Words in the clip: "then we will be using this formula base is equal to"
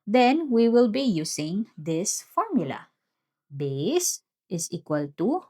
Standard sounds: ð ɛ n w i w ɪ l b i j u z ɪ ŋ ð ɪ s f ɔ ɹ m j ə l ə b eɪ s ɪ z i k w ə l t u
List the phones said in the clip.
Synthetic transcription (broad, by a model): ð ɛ n w i w ɪ l b i j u s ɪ ŋ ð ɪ s f ɔ ɹ m j ə l ə b eɪ s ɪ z i k w ə l t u